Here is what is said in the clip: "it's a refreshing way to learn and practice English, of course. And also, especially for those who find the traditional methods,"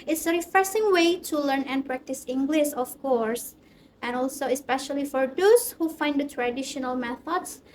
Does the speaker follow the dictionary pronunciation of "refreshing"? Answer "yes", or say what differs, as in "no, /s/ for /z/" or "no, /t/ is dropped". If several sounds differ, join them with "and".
no, /s/ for /ʃ/